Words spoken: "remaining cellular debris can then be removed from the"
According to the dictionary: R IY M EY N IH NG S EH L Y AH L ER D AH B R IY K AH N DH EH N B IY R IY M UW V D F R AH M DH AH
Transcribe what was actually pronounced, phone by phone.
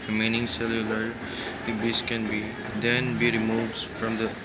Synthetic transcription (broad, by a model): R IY M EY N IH NG S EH L Y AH L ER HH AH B IY K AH N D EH N B IY R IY M UW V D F R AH M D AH